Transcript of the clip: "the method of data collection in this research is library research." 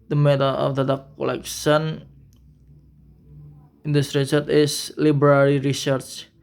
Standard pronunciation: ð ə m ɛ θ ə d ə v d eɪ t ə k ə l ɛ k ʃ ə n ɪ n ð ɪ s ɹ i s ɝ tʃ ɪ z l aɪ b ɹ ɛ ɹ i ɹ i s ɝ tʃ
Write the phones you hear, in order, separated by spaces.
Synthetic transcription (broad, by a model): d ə m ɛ t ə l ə f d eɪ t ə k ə l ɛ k s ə n ɪ n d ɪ s ɹ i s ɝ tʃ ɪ s l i b ɹ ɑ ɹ i ɹ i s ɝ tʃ